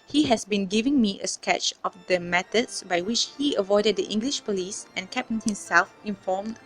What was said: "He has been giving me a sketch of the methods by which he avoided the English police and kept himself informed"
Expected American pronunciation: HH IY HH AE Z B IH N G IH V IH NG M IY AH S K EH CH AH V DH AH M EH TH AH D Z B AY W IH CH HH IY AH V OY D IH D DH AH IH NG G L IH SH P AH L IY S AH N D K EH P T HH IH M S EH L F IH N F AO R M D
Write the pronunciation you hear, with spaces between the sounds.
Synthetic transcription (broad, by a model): HH IY HH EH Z B IH N G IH V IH NG M IY AH S K EH CH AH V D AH M EH T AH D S B AY W IH CH HH IY AH V OY D IH D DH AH IH NG G L IH SH P AH L IY S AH N K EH P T HH IH M S EH L F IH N F AO M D